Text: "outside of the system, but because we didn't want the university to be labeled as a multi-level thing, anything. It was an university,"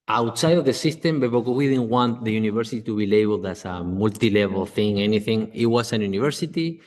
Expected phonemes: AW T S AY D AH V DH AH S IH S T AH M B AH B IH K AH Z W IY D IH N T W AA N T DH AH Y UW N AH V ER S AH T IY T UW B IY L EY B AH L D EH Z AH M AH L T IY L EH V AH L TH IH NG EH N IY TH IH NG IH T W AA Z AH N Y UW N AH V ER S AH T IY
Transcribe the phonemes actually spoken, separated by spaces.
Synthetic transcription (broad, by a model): AW T S AY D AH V DH AH S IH S T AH M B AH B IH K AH W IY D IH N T W AA N T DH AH Y UW N AH V ER S AH T IY T UW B IY L EY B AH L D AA S AH M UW L T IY L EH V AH L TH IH NG EH N IY TH IH NG IH T W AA S AH N Y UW N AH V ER S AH T IY